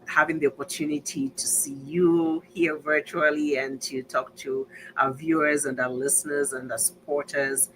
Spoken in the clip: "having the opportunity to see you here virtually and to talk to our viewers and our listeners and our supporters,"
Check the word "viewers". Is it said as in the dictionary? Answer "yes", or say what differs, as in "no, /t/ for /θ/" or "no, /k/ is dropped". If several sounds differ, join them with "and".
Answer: yes